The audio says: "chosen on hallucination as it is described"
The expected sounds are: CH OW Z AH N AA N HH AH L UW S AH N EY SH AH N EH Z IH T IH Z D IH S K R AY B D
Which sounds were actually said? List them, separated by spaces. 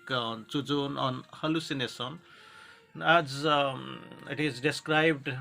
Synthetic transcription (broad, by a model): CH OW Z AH N AA N HH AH L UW S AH N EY S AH N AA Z IH T IH Z D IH S K R AY B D